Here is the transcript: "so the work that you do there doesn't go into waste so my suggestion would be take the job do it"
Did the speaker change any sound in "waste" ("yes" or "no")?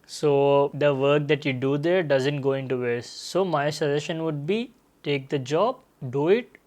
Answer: yes